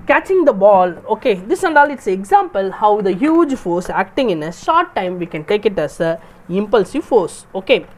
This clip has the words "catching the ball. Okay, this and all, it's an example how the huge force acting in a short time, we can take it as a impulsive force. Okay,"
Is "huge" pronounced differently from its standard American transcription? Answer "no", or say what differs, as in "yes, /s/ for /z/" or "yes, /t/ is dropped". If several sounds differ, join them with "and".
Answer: no